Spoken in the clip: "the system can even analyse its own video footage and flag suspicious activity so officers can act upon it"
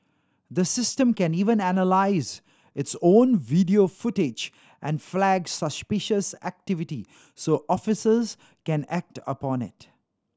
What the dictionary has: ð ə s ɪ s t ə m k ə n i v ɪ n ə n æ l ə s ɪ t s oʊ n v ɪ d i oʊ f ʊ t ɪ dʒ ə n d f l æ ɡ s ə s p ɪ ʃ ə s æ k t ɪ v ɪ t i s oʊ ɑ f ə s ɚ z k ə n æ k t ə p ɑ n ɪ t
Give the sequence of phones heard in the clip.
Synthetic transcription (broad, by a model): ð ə s ɪ s t ə m k ə n i v ɪ n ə n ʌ l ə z ɪ t s oʊ n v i d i oʊ f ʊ t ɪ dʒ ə n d f l æ ɡ s ə s p ɪ ʃ ə s æ k t ɪ v ɪ t i s oʊ ɑ f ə s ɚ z k ə n æ k t ə p ɑ n ɪ t